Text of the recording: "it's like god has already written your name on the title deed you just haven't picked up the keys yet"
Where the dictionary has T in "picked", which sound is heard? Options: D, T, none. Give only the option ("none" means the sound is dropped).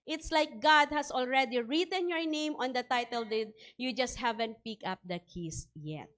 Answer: none